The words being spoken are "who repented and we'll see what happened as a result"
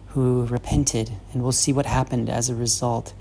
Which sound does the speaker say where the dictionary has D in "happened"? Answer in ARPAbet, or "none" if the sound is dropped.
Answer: D